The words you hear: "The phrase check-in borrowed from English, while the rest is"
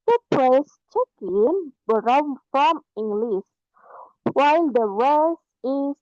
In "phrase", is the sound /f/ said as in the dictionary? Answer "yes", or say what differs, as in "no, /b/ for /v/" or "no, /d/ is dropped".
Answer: no, /p/ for /f/